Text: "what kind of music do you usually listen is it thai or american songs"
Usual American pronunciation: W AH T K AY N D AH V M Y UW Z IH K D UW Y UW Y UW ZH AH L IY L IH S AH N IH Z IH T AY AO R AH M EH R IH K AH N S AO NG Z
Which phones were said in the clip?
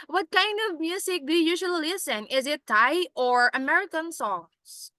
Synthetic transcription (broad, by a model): W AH T K AY N D AH V M Y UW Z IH K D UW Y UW Y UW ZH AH L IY L IH S AH N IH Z IH T AY AO R AH M EH R IH K AH N S AO NG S